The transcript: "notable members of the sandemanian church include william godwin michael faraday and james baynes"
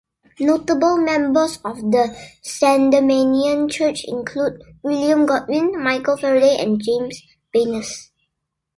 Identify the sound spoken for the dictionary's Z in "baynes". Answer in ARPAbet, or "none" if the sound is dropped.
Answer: S